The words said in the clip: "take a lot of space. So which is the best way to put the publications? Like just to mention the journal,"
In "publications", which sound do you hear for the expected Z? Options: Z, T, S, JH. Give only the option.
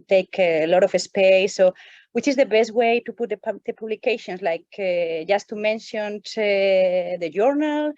S